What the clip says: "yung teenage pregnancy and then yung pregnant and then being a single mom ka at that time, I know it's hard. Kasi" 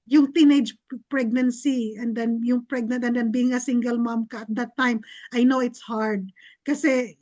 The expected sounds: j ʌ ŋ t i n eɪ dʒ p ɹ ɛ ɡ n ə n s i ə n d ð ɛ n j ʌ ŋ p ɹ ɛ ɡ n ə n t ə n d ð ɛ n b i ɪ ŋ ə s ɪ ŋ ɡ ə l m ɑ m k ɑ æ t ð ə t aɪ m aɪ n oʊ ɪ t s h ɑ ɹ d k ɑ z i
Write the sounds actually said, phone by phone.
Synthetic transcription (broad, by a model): j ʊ ŋ t i n eɪ dʒ p ɹ ɛ ɡ n ə n s i ə n d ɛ n j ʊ ŋ p ɹ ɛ ɡ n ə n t ə n d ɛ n b i ɪ ŋ ə s ɪ ŋ ɡ ə l m ɑ m k ɑ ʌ t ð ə t aɪ m aɪ n oʊ ɪ t s h ɑ ɹ d k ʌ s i